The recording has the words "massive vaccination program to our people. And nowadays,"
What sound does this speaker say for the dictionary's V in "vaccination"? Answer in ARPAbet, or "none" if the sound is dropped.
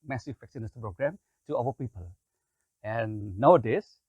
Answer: F